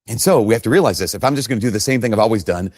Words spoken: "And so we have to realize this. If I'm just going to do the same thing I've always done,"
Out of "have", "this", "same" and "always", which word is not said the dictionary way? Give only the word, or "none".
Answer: have